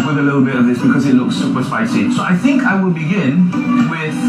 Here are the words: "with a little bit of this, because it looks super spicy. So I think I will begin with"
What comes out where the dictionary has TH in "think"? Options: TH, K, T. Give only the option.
TH